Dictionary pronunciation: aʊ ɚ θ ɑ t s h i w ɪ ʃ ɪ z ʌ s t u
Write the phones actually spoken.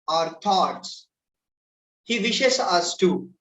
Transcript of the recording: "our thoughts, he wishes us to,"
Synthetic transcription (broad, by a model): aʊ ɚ t ɑ t s h i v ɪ ʃ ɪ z ʌ s t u